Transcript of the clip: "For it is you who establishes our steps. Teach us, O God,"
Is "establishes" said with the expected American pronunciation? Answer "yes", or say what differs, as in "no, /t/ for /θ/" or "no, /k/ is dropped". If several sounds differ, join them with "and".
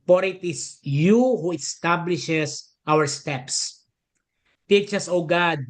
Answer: no, /s/ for /z/